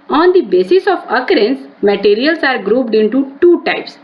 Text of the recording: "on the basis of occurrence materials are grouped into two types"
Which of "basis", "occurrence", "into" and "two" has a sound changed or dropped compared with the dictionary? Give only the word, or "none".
none